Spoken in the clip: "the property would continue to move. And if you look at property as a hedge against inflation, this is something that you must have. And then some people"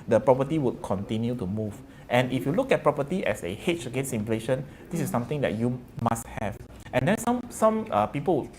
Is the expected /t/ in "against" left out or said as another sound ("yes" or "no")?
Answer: yes